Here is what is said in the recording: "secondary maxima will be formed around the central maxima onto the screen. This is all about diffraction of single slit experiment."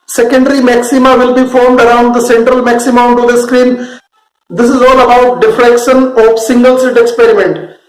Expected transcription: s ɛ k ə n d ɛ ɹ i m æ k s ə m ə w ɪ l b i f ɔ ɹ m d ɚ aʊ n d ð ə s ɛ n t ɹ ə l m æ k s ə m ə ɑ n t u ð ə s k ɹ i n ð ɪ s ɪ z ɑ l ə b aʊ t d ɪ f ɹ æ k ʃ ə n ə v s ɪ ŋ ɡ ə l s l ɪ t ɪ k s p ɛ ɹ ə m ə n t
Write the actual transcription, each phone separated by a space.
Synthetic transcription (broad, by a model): s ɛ k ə n d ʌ ɹ i m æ k s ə m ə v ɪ l b i f ɔ ɹ m d ɚ aʊ n d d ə s ɛ n t ɹ ə l m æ k s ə m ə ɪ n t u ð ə s k ɹ i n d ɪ s ɪ z ɑ l ə b aʊ t d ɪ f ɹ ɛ k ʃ ə n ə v s ɪ ŋ ɡ ə l s ɪ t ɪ k s p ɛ ɹ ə m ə n t